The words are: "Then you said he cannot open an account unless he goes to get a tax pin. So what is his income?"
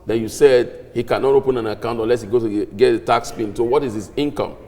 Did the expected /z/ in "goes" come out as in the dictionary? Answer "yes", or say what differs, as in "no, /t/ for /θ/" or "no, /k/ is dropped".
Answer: no, /z/ is dropped